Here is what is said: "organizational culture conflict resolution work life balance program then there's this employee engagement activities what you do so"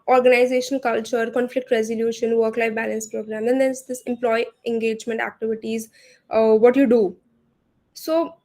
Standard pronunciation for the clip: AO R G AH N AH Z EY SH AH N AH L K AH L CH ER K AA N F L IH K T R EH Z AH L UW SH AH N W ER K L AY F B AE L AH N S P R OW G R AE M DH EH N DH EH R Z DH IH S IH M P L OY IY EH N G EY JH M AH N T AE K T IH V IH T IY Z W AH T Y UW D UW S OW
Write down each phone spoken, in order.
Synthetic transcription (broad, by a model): AO R G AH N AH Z EY SH AH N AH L K AH L CH ER K AA N F L IH K T R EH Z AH L UW SH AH N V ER K L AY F B AE L AH N S P R OW G R AE M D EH N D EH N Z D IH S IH M P L OY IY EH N G EY JH M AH N T AE K T IH V IH T IY Z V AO T Y UW D UW S OW